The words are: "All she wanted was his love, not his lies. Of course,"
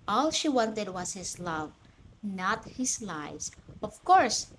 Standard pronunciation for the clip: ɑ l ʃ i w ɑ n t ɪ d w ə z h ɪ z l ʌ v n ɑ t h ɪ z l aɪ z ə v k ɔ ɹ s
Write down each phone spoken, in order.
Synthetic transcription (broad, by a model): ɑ l ʃ i w ɑ n t ɪ d w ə s h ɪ s l ʌ v n ɑ t h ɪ s l aɪ s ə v k ɔ ɹ s